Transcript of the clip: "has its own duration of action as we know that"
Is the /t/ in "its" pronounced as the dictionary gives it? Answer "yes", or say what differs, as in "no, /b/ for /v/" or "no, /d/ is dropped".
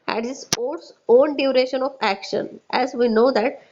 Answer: no, /s/ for /t/